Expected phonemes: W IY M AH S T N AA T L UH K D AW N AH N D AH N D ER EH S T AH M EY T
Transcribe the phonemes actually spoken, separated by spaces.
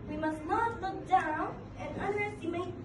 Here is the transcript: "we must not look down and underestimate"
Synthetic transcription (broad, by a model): W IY M AH S T L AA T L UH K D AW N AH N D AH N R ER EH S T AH M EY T